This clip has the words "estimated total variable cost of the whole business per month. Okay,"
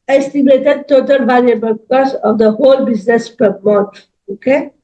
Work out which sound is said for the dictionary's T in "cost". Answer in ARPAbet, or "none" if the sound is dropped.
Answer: none